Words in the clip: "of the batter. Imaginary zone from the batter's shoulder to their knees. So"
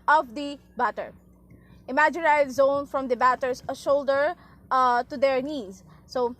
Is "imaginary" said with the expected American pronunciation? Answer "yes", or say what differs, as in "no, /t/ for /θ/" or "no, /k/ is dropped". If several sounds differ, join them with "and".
no, /ɹ/ is dropped